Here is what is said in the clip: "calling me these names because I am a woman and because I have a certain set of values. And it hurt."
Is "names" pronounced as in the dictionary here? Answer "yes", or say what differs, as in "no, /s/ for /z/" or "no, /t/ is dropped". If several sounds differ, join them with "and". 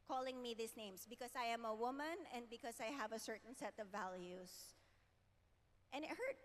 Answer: no, /s/ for /z/